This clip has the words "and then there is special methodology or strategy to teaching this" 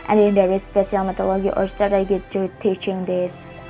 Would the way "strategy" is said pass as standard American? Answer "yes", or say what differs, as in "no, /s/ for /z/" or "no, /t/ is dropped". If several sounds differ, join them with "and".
no, /ɹ/ is dropped